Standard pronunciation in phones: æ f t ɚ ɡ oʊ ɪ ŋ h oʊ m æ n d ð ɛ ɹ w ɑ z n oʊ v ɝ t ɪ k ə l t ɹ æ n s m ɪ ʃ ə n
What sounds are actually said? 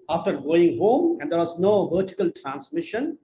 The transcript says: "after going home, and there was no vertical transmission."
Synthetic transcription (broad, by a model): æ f t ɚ ɡ oʊ ɪ ŋ h oʊ m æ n d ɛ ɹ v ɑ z n oʊ v ɝ t ɪ k ə l t ɹ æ n s m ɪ ʃ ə n